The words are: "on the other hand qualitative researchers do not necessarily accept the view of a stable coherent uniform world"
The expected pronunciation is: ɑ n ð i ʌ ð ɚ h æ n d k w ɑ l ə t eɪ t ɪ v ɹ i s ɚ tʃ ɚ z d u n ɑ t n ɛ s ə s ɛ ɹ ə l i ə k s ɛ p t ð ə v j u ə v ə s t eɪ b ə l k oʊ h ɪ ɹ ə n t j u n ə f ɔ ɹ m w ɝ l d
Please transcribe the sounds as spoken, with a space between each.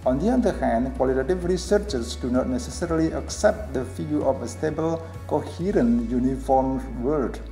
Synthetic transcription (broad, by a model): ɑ n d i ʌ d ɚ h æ n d k w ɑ l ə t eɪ t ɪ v ɹ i s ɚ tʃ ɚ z d u n ɑ t n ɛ s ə s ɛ ɹ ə l i ə k s ɛ p t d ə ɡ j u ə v ə s t eɪ b ə l k oʊ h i ɹ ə n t j u n ə f ɔ ɹ m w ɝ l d